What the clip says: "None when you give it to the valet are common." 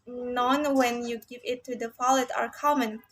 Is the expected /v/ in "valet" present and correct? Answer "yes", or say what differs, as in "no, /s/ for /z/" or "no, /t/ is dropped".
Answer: no, /f/ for /v/